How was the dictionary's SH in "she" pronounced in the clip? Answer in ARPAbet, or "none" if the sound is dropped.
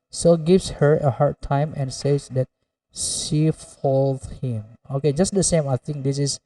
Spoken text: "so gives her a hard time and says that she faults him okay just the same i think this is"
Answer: SH